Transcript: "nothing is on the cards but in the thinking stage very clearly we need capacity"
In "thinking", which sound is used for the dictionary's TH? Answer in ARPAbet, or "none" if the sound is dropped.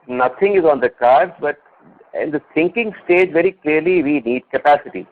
S